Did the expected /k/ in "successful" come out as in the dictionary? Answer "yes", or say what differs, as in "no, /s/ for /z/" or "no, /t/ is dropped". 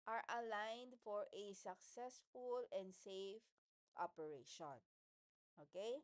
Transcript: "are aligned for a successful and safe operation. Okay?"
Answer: yes